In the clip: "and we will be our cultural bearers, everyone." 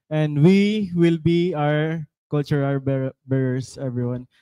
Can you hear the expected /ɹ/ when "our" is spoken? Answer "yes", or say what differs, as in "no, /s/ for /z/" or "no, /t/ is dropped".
yes